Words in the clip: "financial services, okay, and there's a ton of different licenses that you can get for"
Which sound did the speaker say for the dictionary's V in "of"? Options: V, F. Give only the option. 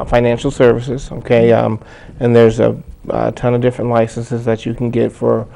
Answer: V